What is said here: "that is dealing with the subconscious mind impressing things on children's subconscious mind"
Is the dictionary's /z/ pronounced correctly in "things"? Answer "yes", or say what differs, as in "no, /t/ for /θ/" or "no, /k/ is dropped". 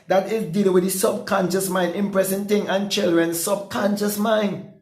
no, /z/ is dropped